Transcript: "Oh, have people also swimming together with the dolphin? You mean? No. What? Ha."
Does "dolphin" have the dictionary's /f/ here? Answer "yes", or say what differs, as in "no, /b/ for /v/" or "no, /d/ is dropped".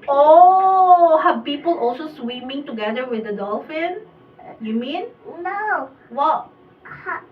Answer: yes